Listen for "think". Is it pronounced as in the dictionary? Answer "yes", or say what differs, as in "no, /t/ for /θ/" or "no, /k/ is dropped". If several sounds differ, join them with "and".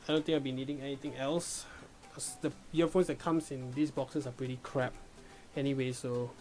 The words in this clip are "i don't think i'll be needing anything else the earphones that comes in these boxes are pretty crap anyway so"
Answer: no, /t/ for /θ/ and /k/ is dropped